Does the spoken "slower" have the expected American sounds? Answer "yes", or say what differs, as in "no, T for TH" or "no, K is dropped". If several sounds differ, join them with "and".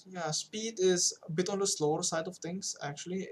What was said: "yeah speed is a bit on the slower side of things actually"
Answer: yes